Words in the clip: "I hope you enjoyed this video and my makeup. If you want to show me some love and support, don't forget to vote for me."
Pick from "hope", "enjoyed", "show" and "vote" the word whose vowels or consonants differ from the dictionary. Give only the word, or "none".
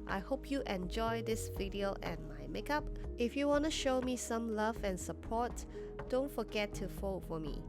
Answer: vote